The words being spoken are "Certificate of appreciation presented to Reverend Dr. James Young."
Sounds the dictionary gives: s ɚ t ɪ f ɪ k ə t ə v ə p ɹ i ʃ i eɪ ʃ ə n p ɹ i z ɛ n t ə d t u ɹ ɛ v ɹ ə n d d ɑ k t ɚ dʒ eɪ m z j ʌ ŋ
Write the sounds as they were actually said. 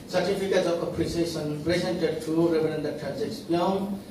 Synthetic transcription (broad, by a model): s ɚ t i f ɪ k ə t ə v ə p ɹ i s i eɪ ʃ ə n p ɹ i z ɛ n t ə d t u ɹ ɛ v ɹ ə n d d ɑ t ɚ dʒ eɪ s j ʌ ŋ